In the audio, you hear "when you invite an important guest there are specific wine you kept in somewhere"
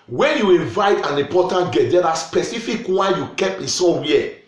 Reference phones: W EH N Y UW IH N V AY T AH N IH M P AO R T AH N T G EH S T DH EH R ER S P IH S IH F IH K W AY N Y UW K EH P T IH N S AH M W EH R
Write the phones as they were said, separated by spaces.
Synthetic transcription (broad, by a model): W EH N Y UW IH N V AY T AH N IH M P AO T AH N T G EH T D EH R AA S P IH S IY F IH K W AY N Y UW K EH P IH N S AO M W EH